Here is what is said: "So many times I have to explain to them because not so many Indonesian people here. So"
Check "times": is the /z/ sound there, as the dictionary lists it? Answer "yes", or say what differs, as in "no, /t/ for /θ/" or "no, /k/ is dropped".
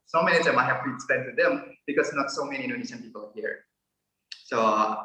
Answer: no, /z/ is dropped